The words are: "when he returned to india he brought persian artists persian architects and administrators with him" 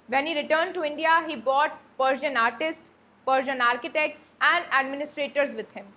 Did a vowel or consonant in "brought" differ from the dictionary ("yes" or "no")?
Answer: yes